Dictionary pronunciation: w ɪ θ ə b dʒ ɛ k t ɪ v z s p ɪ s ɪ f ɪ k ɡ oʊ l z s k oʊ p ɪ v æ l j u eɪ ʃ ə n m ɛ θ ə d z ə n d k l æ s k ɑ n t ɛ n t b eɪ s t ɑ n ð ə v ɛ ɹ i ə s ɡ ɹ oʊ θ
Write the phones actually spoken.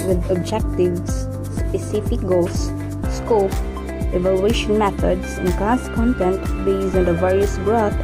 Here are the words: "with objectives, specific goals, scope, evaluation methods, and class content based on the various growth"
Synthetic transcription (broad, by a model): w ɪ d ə b dʒ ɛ k t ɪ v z s p ɪ s ɪ f ɪ k ɡ oʊ l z s k oʊ p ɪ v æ l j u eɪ ʃ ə n m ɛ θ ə d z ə n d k æ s k ɑ n t ɛ n t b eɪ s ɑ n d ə v ɛ ɹ i ə s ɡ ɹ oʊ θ